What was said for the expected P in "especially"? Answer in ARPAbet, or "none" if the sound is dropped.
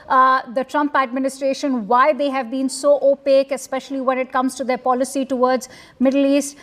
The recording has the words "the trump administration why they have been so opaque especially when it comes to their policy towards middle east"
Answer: P